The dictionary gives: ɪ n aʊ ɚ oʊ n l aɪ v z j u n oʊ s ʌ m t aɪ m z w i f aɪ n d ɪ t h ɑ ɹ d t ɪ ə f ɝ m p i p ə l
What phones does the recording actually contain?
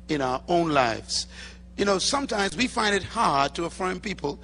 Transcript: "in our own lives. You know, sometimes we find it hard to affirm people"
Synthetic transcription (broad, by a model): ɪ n aʊ ɚ oʊ n l aɪ v z j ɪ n oʊ s ʌ m t aɪ m z w i f aɪ n d ɪ t h ɑ ɹ d t ɪ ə f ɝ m p i p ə l